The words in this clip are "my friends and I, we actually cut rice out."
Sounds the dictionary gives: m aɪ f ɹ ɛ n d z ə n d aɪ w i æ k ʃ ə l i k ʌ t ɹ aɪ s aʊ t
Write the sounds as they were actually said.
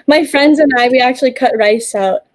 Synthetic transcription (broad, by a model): m aɪ f ɹ ɛ n d z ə n aɪ w i æ k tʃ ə l i k ʌ t ɹ aɪ s aʊ t